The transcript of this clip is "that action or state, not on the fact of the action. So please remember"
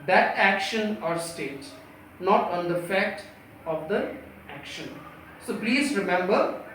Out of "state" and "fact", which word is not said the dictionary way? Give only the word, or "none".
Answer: none